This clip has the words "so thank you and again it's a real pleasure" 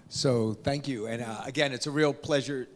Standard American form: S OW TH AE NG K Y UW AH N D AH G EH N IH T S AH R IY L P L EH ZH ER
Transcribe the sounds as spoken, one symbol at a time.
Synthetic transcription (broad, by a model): S OW TH AE NG K Y UW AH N AH G EH N IH T S AH R IY L P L EH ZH ER